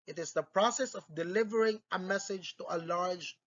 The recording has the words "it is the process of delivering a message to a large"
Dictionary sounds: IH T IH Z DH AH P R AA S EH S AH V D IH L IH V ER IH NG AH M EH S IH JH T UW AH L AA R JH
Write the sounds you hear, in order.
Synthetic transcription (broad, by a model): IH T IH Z DH AH P R AA S EH S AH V D IH L IH V ER IH NG AH M EH S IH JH T UW AH L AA R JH